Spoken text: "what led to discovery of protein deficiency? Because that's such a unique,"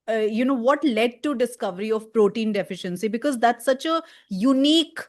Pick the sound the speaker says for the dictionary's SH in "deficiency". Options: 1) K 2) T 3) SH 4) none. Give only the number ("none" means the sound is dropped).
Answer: 3